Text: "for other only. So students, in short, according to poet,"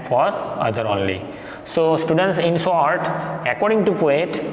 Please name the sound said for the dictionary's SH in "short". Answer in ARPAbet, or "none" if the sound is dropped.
S